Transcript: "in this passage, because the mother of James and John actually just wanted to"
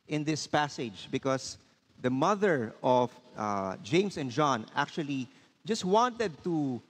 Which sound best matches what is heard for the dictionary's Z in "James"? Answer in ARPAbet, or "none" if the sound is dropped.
S